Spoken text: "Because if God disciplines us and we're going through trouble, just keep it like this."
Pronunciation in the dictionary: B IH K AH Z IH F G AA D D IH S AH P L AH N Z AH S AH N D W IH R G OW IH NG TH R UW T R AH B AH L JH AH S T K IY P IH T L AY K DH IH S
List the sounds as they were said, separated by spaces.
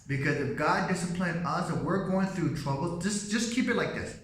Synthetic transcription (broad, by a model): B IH K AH Z IH F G AA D D IH S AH P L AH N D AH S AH W IH R G OW IH NG TH R UW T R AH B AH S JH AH S K IY P IH T L AY K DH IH S